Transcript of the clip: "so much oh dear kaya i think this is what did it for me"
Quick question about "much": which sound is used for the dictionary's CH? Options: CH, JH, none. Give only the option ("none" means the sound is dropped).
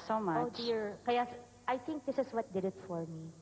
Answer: none